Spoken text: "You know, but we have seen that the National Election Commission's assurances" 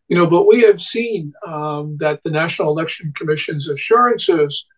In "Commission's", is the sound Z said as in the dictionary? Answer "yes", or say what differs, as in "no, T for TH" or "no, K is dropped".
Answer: yes